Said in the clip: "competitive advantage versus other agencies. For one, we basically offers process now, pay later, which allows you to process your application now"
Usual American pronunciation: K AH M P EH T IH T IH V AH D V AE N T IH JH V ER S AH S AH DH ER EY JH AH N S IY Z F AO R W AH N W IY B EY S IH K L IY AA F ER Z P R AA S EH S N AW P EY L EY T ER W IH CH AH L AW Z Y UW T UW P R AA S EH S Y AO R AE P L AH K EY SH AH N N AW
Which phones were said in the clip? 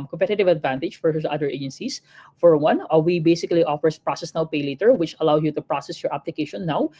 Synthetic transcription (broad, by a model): K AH M P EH T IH T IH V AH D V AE N T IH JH F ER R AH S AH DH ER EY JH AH N S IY S F AO R W AH N W IY B EY S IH K L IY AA F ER S P R AA S EH S N AW P EY L EY T ER W IH CH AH L AW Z Y UW T UW P R AA S EH S Y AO R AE P L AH K EY SH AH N N AW